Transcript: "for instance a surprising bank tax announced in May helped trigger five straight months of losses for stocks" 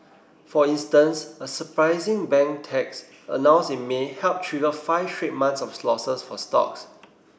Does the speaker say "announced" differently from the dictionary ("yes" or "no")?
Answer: yes